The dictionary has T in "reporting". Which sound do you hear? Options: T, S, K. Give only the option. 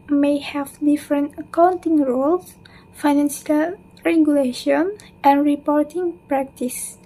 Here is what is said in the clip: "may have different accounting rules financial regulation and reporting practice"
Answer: T